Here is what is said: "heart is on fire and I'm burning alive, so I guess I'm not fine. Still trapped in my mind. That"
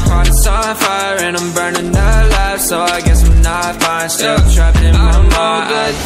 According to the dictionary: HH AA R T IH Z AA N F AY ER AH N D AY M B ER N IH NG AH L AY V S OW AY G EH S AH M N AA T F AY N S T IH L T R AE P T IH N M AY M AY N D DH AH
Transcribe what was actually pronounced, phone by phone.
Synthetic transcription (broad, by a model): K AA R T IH S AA F AY ER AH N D AY M B ER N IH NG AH L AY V S OW AY G EH S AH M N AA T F AY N S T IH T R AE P IH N M AY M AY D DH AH